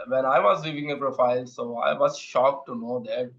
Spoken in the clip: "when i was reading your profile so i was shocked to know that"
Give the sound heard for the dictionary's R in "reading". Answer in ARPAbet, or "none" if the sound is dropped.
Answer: L